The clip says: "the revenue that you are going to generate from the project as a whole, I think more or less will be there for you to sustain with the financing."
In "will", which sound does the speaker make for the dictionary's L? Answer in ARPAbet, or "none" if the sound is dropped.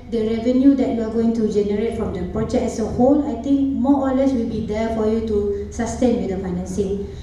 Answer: L